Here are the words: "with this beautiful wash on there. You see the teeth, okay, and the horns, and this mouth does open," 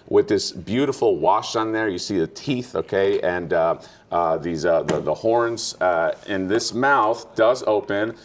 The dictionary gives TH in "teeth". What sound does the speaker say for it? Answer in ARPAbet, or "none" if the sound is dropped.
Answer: TH